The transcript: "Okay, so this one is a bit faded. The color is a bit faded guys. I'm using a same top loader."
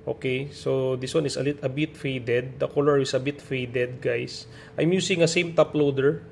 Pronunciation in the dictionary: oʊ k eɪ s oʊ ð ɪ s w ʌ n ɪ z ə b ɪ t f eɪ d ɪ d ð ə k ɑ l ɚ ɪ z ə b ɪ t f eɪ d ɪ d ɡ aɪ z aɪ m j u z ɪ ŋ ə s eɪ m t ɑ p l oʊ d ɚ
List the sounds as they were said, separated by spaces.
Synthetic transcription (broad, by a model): oʊ k eɪ s oʊ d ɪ s w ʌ n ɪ s ə b ɪ t f eɪ d ɪ d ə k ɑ l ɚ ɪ s ə b ɪ t f eɪ d ɪ d ɡ aɪ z aɪ m j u s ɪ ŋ ə s eɪ m t ɑ p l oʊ d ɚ